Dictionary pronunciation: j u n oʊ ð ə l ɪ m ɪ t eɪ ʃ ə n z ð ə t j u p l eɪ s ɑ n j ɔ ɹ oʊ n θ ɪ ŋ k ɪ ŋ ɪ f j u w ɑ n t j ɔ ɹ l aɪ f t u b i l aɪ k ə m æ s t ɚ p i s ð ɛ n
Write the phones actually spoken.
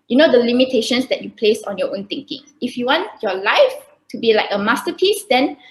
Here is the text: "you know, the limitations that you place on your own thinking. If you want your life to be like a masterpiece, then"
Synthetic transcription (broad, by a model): j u n oʊ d ə l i m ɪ t eɪ ʃ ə n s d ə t j u p l eɪ s ɑ n j ɔ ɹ oʊ n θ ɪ ŋ k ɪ ŋ ɪ f j u w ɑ n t j ɔ l aɪ f t u b i l aɪ k ə m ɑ s t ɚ p i s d ɛ n